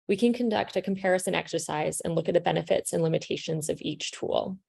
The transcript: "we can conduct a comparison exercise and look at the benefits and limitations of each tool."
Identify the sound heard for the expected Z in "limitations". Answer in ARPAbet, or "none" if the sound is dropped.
Z